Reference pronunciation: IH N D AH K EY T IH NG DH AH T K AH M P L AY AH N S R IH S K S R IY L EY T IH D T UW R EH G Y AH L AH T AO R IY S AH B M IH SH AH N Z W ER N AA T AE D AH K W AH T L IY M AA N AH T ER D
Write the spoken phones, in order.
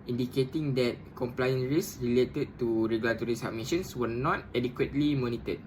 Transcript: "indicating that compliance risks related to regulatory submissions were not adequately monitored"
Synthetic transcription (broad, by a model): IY N D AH K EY T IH NG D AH T K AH M P L AY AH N R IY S S R IY L EY T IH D T UW R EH G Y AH L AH T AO R IY S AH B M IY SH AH N S W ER N AA T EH D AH K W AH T L IY M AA N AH T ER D